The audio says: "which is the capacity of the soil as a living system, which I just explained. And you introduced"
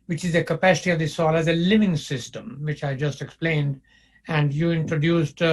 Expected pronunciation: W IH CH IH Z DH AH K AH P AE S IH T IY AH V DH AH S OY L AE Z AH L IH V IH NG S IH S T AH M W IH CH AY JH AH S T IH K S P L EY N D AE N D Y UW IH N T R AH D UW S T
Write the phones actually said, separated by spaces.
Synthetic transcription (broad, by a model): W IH CH IH Z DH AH K AH P AE S IH T IY AH V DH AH S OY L AE Z AH L IH V IH NG S IH S T AH M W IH CH AY JH AH S T IH K S P L EY N D AE N D Y UW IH N T R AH D UW S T